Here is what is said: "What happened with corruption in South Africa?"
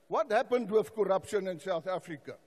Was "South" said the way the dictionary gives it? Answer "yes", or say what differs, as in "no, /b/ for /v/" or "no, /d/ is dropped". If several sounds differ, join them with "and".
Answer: yes